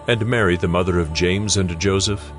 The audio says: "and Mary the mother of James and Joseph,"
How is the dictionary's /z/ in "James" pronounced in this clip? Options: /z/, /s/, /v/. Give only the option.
/z/